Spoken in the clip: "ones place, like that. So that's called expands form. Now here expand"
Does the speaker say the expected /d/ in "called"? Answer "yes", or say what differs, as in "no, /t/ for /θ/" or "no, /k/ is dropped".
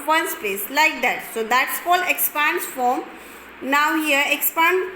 no, /d/ is dropped